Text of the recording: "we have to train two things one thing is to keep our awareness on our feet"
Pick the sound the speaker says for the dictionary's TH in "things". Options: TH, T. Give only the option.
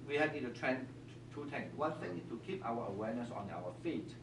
T